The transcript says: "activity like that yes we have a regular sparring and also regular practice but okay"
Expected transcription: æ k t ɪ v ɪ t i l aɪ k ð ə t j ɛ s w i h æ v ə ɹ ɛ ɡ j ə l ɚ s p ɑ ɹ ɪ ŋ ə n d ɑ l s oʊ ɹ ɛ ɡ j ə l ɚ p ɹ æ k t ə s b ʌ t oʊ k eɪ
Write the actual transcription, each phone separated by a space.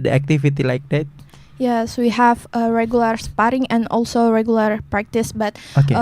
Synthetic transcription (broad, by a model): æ k t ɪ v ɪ t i l aɪ k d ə t j ɛ s w i h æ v ə ɹ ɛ ɡ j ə l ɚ s p ɑ ɹ ɪ ŋ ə n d ɑ l s oʊ ɹ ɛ ɡ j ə l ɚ p ɹ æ k t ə s b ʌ t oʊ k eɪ